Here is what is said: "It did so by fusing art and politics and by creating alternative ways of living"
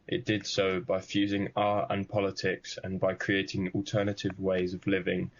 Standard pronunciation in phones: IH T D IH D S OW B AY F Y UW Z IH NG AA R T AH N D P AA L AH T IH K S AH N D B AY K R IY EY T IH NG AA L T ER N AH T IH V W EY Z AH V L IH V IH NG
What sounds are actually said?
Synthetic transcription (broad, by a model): IH T D IH D S OW B AY F Y UW Z IH NG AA R AH N P AA L AH T IH K S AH N B AY K R IY EY T IH NG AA L T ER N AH T IH V W EY Z AH V L IH V IH NG